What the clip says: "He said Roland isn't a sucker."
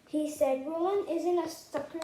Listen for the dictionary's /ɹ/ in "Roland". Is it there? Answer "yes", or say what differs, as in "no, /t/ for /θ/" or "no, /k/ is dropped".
no, /w/ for /ɹ/